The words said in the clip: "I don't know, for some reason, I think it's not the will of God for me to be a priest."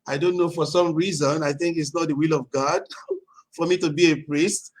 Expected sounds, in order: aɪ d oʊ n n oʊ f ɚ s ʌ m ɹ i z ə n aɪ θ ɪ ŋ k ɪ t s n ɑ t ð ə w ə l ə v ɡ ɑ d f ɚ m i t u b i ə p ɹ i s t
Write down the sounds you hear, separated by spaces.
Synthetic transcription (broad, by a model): aɪ d oʊ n n oʊ f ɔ s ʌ m ɹ i z ə n aɪ θ ɪ ŋ k ɪ t s n ɑ t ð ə w ə l ə v ɡ ɑ d f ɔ m i t u b i ə p ɹ i s t